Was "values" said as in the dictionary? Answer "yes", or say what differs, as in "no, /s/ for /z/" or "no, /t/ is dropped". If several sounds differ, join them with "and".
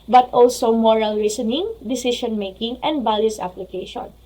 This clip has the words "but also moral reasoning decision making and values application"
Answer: no, /b/ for /v/ and /s/ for /z/